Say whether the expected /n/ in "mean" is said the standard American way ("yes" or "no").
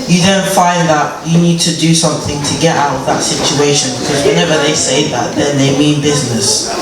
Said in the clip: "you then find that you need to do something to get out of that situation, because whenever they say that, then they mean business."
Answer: yes